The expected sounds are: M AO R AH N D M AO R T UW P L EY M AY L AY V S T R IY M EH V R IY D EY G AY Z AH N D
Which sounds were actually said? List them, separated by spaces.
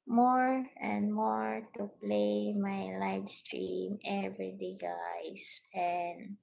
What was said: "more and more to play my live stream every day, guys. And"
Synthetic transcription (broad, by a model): M AO R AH N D M AO R T UW P L EY M AY L AY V S T R IY M EH V R IY D EY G AY S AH N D